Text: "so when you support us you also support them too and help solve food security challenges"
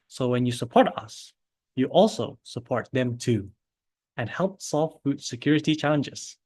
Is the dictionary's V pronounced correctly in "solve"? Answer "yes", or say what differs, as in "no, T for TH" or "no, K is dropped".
no, F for V